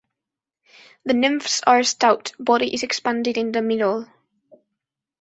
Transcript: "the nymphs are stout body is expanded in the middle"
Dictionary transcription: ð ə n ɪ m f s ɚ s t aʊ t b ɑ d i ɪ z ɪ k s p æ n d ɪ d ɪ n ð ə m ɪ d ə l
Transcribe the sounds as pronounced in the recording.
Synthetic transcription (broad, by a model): ð ə n ɪ m f s ɚ s t aʊ t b ɑ d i ɪ z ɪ k s p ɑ n d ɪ d ɪ n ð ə m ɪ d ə l